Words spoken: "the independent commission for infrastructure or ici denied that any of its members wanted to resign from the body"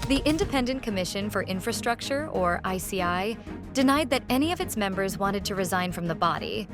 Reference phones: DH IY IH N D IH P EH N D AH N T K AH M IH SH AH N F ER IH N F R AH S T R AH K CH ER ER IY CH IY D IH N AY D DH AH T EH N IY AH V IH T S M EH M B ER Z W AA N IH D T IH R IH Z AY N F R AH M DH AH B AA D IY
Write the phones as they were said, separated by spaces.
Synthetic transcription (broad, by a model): DH IY IH N D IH P EH N D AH N K AH M IH SH AH N F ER IH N F R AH S T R AH K CH ER ER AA S IY D IH N AY D DH AH T EH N IY AH V IH T S M EH M B ER Z W AA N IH D T IH R IH Z AY N F R AH M DH AH B AA D IY